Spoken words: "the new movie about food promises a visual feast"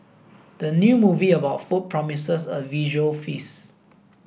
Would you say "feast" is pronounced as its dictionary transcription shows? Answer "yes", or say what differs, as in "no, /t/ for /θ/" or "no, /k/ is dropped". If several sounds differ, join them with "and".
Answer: no, /t/ is dropped